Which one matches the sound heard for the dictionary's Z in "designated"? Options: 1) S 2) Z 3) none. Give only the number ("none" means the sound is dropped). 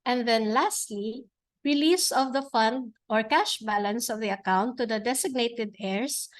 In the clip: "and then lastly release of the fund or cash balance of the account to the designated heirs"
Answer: 1